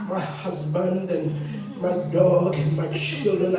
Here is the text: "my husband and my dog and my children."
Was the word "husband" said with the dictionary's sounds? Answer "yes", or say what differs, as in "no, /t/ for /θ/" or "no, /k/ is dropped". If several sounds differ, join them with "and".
yes